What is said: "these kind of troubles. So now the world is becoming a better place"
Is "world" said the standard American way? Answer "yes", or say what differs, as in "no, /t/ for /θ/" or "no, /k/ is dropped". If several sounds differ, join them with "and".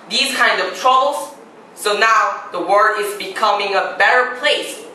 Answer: no, /l/ is dropped